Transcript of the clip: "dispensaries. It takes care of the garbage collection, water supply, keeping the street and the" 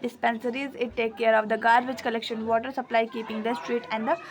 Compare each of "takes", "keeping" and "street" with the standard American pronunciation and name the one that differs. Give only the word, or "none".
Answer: takes